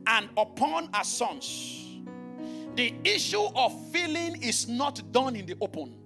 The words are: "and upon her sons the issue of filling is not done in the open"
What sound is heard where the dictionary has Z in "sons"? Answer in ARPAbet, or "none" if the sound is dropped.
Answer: S